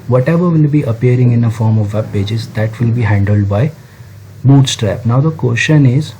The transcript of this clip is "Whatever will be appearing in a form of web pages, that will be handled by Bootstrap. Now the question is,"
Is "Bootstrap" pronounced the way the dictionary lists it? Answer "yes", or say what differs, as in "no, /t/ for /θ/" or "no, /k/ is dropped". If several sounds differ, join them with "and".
yes